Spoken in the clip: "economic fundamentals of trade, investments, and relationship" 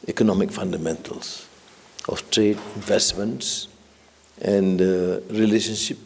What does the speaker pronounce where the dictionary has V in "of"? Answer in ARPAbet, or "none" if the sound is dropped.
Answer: F